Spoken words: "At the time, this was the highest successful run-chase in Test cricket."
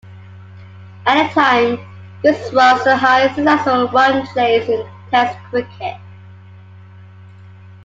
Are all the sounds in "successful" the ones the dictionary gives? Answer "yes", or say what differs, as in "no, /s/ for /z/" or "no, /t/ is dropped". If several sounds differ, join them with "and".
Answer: no, /f/ is dropped